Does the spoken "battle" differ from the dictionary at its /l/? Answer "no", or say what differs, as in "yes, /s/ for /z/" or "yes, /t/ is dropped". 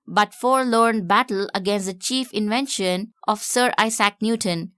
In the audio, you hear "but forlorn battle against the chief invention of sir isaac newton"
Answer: no